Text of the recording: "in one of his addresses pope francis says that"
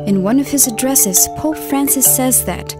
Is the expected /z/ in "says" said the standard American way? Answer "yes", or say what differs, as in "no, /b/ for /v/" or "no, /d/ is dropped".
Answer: yes